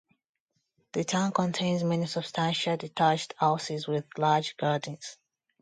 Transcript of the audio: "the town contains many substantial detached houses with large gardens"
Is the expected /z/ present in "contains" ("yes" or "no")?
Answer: yes